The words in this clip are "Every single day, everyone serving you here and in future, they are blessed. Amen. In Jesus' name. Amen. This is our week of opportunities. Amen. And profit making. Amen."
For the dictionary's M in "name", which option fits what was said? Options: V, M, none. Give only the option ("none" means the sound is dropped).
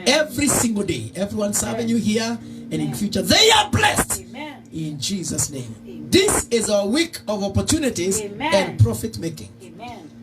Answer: none